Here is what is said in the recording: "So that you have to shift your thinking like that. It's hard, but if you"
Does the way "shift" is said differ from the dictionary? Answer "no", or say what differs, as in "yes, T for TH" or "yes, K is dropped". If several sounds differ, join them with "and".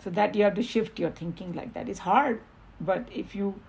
no